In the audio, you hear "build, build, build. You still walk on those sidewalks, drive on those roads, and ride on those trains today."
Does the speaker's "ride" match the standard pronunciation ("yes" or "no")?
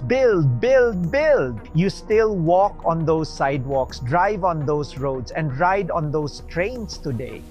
yes